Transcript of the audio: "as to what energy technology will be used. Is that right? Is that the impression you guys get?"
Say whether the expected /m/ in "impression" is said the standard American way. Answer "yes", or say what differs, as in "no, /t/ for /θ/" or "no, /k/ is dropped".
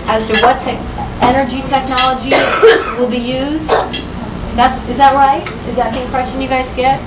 no, /m/ is dropped